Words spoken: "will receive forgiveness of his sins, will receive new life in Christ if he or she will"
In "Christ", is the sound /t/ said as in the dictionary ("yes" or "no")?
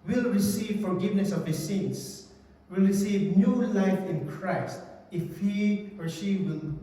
yes